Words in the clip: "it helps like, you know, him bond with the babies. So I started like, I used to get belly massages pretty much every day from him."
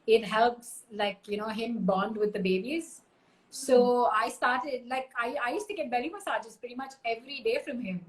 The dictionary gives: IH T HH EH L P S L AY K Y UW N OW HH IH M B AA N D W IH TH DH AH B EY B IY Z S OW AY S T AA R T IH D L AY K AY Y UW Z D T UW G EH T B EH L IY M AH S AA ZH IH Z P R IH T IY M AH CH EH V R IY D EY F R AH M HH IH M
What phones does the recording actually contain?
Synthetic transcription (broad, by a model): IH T HH EH L P S L AY K Y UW N OW HH IH M B AA N D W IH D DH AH B EY B IY Z S OW AY S T AA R T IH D L AY K AY Y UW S T UW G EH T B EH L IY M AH S AA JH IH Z P R IH T IY M AH CH EH V R IY D EY F R AH M HH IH M